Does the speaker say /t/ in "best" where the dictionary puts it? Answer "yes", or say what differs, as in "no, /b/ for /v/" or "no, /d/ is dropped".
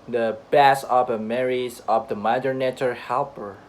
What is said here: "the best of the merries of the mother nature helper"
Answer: no, /t/ is dropped